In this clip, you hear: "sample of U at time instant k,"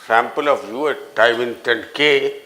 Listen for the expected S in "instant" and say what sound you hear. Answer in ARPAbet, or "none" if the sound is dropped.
none